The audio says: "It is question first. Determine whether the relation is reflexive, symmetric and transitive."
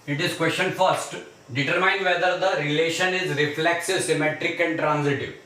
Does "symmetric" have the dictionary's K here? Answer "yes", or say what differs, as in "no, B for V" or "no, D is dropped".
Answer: yes